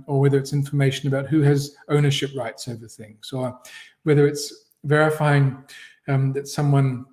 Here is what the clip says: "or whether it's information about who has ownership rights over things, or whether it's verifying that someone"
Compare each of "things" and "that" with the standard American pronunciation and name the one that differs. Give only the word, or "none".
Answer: none